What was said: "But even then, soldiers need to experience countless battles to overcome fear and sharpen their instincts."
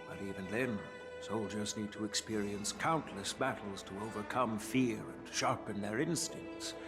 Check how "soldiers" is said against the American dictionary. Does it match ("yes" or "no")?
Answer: yes